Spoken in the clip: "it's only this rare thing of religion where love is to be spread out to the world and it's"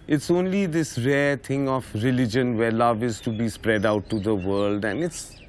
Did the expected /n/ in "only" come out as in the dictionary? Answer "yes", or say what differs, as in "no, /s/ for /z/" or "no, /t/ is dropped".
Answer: yes